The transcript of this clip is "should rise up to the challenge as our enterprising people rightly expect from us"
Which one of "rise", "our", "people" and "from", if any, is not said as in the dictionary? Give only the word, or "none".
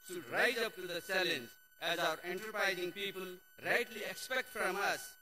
none